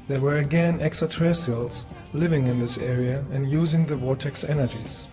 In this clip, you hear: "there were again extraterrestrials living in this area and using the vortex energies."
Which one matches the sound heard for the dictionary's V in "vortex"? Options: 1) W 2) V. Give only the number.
1